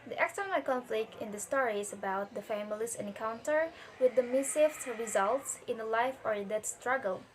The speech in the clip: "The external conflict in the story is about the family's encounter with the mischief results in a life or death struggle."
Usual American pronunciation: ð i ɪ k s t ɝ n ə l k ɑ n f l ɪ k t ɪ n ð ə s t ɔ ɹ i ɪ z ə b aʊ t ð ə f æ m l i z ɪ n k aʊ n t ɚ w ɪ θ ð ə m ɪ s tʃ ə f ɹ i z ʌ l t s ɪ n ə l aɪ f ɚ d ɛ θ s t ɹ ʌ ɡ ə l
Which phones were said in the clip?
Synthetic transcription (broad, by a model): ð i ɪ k s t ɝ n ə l k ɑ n f l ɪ k t ɪ n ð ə s t ɔ ɹ i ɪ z ə b aʊ t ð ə f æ m l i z ɪ n k aʊ n t ɚ w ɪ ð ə m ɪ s ə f ɹ i z ʌ l t s ɪ n ə l aɪ f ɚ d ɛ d s t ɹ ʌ ɡ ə l